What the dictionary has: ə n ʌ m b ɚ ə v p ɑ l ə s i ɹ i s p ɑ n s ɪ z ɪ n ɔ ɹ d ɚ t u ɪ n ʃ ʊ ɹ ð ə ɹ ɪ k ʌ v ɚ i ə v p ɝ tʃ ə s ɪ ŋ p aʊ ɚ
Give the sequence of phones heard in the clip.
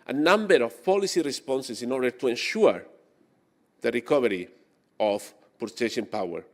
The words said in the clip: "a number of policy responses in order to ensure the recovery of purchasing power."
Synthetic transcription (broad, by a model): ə n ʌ m b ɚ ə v p ɑ l ə s i ɹ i s p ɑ n s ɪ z ɪ n ɔ ɹ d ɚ t u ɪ n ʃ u ɹ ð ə ɹ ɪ k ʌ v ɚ i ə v p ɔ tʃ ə ʃ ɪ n p aʊ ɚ